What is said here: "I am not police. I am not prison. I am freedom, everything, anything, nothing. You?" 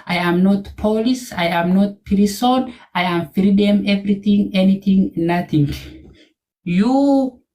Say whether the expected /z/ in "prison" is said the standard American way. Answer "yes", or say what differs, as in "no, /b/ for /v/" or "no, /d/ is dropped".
no, /s/ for /z/